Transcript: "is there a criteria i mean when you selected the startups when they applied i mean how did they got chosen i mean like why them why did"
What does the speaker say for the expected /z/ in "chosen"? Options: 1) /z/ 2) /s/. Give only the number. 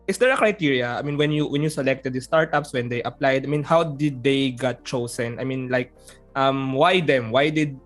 2